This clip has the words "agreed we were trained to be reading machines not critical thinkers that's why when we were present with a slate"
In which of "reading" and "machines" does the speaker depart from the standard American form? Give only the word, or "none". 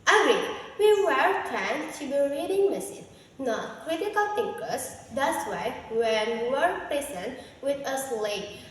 machines